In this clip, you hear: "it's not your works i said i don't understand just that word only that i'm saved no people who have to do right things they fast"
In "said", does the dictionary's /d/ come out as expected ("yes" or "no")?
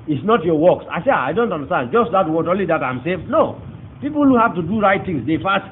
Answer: no